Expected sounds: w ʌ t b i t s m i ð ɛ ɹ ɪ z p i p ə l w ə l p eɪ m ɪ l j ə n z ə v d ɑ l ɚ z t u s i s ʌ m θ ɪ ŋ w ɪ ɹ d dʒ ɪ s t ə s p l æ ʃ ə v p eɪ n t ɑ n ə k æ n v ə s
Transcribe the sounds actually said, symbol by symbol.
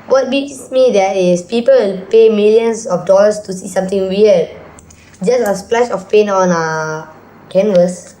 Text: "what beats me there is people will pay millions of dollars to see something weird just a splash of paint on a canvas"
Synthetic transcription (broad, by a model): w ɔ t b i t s m i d ɛ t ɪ s p i p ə ə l p eɪ m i l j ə n s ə f d ɑ l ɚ s t u s i s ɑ m t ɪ ŋ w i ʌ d dʒ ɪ s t ə s p l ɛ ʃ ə f p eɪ n ɑ n ə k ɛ n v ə s